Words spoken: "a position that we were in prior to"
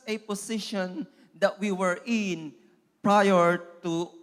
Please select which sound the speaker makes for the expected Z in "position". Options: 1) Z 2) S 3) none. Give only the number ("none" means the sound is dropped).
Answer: 2